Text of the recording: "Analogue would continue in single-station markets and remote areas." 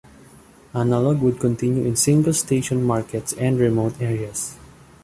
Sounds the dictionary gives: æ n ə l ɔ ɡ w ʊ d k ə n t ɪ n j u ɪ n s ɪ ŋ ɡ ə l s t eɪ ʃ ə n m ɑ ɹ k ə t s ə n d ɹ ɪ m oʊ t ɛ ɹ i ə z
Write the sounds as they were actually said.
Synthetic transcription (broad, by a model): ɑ n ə l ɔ ɡ w ʊ d k ə n t ɪ n j u ɪ n s ɪ ŋ ɡ ə l s t eɪ ʃ ə n m ɑ ɹ k ə t s ə n d ɹ ɪ m oʊ t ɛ ɹ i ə s